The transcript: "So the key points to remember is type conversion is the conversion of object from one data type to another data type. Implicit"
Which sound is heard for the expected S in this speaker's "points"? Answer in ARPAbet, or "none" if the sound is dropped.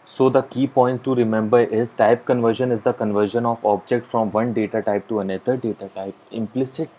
none